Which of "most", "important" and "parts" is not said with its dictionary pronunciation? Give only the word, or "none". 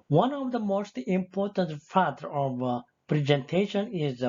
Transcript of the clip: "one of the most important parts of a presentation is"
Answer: parts